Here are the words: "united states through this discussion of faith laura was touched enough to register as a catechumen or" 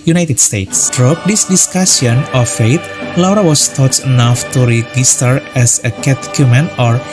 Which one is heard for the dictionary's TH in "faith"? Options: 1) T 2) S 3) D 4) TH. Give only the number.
1